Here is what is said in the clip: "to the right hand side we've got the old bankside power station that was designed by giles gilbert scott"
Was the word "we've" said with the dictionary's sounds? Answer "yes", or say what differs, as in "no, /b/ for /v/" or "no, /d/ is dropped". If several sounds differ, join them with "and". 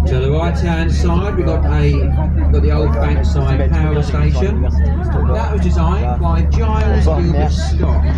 no, /w/ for /v/